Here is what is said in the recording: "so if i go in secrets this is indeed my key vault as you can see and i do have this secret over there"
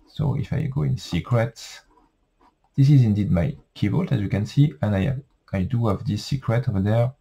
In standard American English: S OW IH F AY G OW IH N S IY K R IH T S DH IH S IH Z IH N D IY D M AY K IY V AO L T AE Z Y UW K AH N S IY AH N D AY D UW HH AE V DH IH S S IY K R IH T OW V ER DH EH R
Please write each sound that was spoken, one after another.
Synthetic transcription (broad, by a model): S OW IH F AY G OW IH N S IY K R IH T S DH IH S IH Z IH N D IY D M AY K IY B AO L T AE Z Y UW K AH N S IY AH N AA AY D UW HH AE V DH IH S S IY K R IH T OW V ER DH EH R